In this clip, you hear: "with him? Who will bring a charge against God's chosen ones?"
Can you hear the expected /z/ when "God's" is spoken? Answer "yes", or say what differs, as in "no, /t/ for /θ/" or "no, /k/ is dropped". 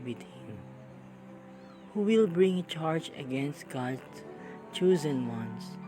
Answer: no, /z/ is dropped